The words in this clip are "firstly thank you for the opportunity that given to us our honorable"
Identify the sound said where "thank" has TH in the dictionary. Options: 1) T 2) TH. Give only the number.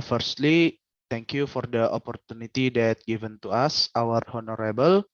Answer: 1